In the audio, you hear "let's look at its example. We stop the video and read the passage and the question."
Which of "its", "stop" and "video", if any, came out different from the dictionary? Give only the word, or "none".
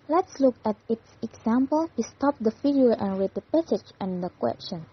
video